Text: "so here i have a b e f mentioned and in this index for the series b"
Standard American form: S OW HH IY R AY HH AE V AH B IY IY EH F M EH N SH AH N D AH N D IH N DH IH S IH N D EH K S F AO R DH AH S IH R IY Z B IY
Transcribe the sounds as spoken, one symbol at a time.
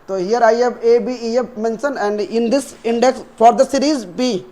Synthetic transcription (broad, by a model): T OW HH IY R AY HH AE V AH B IY IY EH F M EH N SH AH N AH N D IH N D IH S IH N D EH K S F AO R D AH S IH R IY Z B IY